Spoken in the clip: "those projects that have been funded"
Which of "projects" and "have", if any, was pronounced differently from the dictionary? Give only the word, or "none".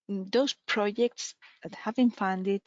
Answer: none